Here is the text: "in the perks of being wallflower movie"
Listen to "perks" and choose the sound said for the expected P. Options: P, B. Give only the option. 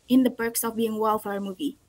B